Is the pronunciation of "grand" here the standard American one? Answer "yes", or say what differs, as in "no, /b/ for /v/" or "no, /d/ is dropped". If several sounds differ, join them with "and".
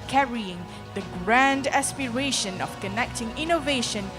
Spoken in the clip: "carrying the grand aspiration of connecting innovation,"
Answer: yes